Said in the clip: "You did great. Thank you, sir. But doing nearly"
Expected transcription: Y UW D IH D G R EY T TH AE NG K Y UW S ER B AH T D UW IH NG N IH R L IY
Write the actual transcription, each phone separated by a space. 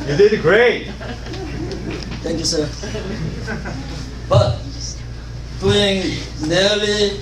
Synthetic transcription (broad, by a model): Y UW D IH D G R EY T T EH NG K Y UW S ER B AH T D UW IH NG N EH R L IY